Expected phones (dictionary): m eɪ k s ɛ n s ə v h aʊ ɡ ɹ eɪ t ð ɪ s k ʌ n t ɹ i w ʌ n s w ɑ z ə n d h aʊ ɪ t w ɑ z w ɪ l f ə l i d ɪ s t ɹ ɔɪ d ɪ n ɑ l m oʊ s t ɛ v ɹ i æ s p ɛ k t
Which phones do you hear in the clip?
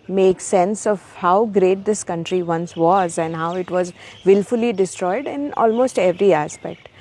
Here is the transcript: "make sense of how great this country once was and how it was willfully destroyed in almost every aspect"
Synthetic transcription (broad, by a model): m eɪ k s ɛ n s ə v h aʊ ɡ ɹ eɪ t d ɪ s k ʌ n t ɹ i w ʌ n s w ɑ z ə n d h aʊ ɪ t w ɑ z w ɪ l f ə l i d ɪ s t ɹ ɔɪ d ɪ n ɑ l m oʊ s t ɛ v ɹ i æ s p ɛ k t